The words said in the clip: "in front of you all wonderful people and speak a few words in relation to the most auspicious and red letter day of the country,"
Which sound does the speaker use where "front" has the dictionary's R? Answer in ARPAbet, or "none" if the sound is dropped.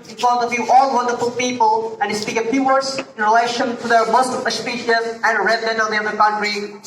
none